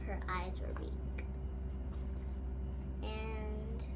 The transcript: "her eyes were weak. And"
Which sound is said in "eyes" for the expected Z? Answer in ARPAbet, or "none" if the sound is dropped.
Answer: Z